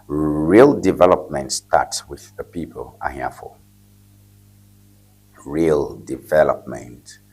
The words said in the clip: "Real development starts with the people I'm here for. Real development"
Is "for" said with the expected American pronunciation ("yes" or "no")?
no